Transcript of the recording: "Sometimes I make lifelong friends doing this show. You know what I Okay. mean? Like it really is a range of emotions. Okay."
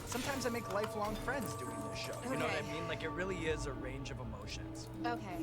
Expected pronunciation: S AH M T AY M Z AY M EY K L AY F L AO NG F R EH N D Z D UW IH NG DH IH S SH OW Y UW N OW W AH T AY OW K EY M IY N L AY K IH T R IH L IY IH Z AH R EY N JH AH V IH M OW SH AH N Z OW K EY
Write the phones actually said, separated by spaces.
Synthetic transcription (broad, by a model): S AH M T AY M Z AY M EY K L AY F L AO NG F R EH N D Z D UW IH NG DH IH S SH OW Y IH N OW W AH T AY M IY N L AY K IH T R IH L IY IH Z AH R EY N JH AH V IH M OW SH AH N Z OW K EY